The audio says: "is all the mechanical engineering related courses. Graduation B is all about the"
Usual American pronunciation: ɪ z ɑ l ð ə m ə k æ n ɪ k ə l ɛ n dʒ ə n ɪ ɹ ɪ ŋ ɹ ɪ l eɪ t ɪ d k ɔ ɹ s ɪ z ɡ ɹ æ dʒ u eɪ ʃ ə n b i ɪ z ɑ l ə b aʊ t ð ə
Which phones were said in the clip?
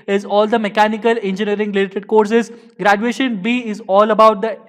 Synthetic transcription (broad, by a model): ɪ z ɑ l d ə m ə k æ n ɪ k ə l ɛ n dʒ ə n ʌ ɹ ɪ ŋ l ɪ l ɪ t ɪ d k ɔ ɹ s ɪ z ɡ ɹ æ dʒ u eɪ ʃ ə n b i ɪ z ɑ l ə b aʊ t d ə